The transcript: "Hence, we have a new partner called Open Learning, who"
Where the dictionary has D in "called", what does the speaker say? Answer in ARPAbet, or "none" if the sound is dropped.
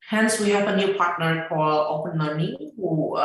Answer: none